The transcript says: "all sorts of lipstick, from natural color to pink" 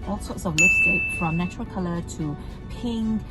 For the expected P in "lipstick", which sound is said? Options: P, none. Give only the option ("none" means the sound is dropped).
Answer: none